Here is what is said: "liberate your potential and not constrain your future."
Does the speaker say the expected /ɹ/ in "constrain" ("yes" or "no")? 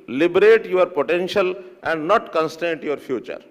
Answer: no